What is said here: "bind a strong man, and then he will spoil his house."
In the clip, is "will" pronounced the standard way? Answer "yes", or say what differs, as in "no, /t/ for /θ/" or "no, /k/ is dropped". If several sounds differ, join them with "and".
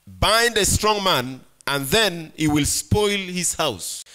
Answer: yes